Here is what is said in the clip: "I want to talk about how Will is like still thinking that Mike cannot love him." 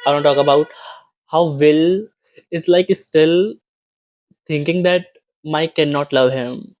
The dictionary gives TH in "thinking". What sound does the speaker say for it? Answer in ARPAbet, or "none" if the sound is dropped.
T